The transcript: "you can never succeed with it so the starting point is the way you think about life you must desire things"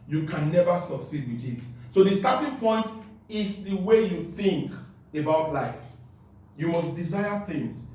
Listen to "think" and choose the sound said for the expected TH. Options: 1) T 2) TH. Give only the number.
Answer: 2